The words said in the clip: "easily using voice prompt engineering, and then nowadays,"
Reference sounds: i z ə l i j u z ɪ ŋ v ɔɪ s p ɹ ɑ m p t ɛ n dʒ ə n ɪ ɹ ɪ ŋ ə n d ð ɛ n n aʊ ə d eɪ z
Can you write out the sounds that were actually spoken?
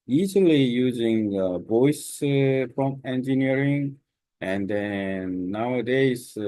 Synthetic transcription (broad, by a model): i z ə l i j u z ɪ ŋ b ɔɪ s f ɹ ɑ m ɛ n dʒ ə n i ɹ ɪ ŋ ə n d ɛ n n aʊ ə d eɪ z